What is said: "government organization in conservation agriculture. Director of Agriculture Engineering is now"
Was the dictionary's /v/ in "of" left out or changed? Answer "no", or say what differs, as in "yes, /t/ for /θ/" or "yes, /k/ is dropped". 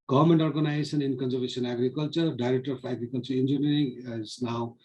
yes, /f/ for /v/